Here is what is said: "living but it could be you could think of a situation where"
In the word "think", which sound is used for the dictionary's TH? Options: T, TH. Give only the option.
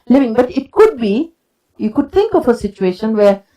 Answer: T